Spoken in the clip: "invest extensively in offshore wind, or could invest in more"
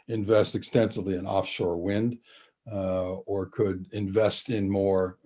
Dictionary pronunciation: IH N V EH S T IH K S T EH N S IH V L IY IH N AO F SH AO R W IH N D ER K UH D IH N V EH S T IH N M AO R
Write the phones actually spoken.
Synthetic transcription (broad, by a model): IH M V EH S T IH K S T EH N S IH V L IY IH N AO F SH AO R W IH N D ER K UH D IH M V EH S T IH N M AO R